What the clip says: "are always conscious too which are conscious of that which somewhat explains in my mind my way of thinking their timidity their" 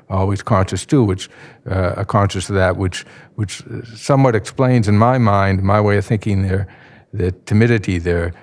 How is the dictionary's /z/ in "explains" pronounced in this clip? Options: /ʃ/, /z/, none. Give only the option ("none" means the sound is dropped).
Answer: /z/